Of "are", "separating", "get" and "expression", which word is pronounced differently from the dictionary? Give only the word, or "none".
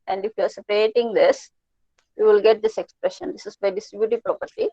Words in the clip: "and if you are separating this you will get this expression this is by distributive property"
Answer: none